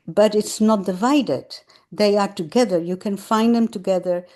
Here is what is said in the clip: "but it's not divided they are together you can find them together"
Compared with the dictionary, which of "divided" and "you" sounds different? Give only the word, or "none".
none